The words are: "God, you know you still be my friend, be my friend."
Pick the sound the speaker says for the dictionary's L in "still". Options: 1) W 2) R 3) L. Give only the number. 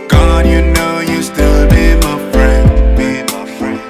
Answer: 3